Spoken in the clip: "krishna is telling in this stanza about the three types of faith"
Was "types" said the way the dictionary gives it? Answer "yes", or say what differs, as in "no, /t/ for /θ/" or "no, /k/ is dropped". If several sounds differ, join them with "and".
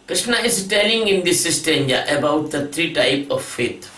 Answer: no, /s/ is dropped